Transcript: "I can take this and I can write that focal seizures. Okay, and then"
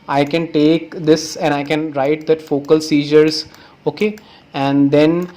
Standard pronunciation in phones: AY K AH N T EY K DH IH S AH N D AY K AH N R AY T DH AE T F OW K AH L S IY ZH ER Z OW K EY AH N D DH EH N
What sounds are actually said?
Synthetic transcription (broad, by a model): AY K AH N T EY K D IH S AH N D AY K AH N R AY T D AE T F OW K AH L S IY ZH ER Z OW K EY AH N D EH N